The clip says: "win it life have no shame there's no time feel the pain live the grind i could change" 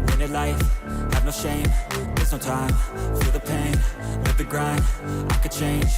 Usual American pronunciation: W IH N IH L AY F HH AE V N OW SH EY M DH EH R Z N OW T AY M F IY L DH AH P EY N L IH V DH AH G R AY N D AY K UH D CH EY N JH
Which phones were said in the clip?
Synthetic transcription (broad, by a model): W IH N IH L AY F HH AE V N OW SH EY M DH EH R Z N OW T AY M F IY DH AH P EY N N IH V DH AH G R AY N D AY K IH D CH EY N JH